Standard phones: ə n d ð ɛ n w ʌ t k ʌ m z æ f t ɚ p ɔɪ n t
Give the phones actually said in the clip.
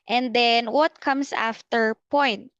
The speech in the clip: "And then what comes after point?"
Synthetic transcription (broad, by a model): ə n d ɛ n w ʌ t k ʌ m s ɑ f t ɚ p ɔɪ n t